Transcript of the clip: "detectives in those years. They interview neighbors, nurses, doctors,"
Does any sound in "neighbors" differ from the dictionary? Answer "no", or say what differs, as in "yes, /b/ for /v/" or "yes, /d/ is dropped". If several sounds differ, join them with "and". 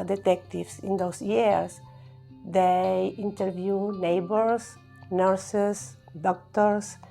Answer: yes, /s/ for /z/